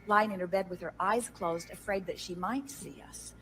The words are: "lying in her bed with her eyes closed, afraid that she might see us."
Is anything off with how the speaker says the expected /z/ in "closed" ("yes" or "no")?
no